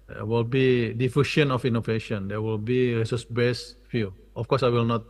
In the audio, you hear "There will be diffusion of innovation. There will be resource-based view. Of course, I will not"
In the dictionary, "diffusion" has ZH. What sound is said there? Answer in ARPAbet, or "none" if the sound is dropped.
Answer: SH